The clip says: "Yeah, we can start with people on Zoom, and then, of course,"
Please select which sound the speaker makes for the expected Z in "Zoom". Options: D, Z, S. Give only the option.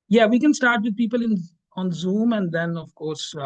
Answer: Z